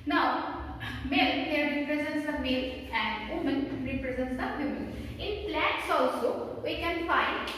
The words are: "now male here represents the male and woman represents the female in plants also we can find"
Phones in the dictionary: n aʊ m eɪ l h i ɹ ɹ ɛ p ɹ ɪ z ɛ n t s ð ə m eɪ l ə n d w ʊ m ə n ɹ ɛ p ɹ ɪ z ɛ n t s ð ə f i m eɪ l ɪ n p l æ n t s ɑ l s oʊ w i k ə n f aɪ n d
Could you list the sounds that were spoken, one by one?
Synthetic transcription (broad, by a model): n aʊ m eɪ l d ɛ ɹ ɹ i p ɹ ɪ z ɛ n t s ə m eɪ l ə n d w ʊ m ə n ɹ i p ɹ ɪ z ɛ n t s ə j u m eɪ n ɪ n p l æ t s ɑ l s oʊ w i k ə n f aɪ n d